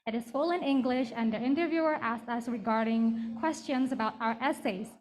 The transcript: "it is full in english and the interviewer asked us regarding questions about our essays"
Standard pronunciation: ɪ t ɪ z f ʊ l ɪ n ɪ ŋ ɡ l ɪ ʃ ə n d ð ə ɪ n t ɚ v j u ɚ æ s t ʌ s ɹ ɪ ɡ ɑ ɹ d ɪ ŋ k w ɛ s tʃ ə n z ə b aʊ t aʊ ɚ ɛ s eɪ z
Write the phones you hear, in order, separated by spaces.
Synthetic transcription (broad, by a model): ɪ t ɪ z f ʊ l ɪ n ɪ ŋ ɡ l ɪ ʃ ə n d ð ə ɪ n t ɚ v j u ɚ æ s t ʌ s ɹ ɪ ɡ ɑ ɹ d ɪ ŋ k w ɛ s tʃ ə n z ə b aʊ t aʊ ɚ ɛ s eɪ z